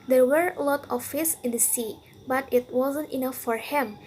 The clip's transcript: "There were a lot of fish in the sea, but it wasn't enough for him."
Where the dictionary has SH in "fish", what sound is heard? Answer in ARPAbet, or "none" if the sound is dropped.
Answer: S